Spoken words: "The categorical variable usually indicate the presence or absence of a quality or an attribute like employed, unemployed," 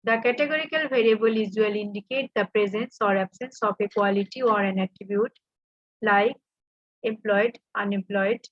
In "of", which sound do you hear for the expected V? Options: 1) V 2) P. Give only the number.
2